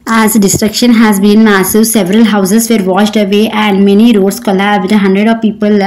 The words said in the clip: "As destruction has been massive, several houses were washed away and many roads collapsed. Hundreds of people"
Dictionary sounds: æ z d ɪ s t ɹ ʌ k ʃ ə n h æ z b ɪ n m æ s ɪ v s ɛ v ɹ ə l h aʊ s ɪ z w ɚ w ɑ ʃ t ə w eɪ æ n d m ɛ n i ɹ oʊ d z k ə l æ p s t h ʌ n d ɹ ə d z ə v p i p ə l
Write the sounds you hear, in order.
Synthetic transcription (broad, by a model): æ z d ɪ s t ɹ ʌ k ʃ ə n h æ z b ɪ n m æ s ɪ v s ɛ v ɹ ə l h aʊ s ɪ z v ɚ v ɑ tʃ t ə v eɪ æ n d m ɛ n i ɹ oʊ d s k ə l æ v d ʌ h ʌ n d ɹ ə d ə v p i p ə l